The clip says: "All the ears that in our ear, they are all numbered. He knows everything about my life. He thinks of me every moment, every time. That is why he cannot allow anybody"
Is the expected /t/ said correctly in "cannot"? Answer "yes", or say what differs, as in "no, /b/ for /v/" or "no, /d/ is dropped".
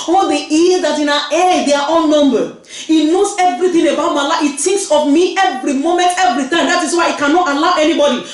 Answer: yes